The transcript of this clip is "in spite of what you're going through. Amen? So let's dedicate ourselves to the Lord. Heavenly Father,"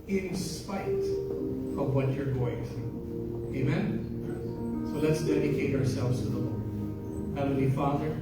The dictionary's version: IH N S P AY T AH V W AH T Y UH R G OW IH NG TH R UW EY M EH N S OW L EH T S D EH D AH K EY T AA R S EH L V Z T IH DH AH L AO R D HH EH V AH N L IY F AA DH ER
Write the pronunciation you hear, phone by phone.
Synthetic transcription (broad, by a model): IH N S P AY T AH V W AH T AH R G OW IH NG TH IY EY M EH N S OW L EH T S D EH D AH K EY T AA R S EH L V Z T IH DH AH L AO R HH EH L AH L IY F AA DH ER